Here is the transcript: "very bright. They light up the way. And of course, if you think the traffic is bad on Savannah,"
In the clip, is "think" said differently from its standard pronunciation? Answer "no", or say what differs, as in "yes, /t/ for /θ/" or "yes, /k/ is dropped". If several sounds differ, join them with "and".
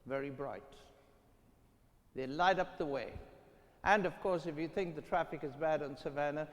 no